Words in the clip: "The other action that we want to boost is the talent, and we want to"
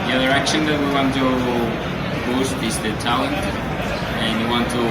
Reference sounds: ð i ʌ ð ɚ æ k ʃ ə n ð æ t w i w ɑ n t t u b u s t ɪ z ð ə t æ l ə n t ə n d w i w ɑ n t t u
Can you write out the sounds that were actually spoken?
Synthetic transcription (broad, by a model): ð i ʌ ð ɚ æ k ʃ ə n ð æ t w i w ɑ n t t u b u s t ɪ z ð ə t æ l ə n t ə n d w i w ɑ n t t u